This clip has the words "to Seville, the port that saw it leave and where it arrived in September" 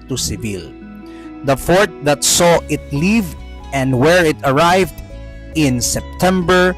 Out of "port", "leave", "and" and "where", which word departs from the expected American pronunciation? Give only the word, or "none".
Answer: port